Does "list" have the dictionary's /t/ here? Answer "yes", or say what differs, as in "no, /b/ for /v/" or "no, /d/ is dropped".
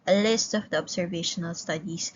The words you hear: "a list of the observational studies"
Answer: yes